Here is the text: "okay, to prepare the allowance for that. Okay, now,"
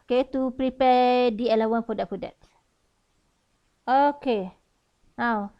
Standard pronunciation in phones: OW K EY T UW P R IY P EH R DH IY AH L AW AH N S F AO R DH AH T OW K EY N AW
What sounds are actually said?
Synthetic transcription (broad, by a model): K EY T UW P R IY P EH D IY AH L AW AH N F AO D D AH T OW K EY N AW